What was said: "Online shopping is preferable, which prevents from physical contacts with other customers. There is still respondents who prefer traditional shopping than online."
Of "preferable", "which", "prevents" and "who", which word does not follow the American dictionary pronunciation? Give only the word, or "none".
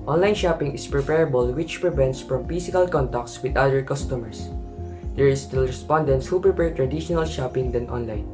preferable